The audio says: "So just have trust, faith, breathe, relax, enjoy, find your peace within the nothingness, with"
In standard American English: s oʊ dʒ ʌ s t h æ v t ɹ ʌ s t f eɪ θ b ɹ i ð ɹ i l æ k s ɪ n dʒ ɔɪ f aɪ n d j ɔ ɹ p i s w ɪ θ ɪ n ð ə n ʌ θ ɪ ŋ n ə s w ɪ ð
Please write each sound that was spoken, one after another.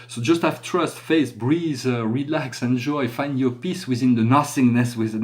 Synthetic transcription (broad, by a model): s oʊ dʒ ʌ s t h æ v t ɹ ʌ s t f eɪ s b ɹ i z ɹ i l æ k s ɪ n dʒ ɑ f aɪ n d j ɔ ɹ p i s w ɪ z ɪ n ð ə n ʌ s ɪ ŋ n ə s w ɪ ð